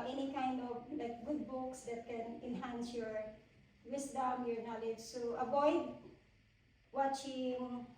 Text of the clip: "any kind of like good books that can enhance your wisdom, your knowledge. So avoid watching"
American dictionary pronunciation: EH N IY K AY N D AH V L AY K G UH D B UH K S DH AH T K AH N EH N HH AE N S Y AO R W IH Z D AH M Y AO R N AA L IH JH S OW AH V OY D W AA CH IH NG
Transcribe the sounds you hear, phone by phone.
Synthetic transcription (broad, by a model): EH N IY K AY N D AH V L AY K G UH D B UH K S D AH T K AH N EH N HH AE N S Y AO R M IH S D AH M Y AO R N AA L IH JH S OW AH B OY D W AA CH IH NG